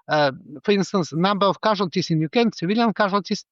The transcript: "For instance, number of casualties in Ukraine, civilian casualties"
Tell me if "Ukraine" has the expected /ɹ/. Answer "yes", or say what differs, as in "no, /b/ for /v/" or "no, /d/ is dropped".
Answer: no, /ɹ/ is dropped